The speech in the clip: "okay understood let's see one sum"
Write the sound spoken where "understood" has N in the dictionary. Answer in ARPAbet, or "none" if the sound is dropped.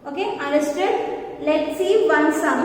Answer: none